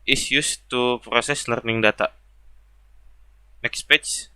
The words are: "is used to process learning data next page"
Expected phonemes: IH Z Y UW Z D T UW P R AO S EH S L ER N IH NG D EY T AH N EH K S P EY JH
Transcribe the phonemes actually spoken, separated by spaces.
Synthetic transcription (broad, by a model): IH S Y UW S T UW P R AO S EH S L ER N IH NG D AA T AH N EH K S P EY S